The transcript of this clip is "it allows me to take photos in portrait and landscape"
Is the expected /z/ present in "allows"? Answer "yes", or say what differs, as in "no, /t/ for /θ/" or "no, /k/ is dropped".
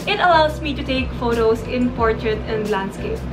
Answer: no, /s/ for /z/